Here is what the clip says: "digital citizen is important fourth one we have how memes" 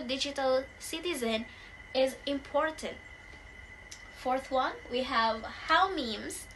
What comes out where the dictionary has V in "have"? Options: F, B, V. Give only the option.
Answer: V